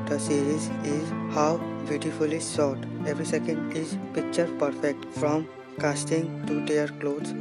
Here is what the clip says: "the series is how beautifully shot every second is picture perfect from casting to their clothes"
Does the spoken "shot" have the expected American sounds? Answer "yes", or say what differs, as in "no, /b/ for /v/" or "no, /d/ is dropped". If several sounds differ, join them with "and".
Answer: no, /s/ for /ʃ/